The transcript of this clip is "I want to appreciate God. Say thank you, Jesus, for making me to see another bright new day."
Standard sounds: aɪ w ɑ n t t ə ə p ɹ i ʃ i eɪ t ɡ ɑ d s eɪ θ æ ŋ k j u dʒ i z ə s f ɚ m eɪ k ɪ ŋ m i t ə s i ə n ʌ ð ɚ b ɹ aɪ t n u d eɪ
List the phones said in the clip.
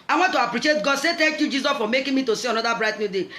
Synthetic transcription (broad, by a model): aɪ w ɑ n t t ə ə p ɹ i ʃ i eɪ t ɡ ɑ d s eɪ t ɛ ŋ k j u dʒ i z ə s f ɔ m eɪ k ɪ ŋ m i t ə s i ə n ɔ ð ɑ b ɹ aɪ t n u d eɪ